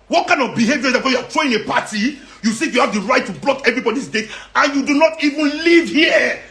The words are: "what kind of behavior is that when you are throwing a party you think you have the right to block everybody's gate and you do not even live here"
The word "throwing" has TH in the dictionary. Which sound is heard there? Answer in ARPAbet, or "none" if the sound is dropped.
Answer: T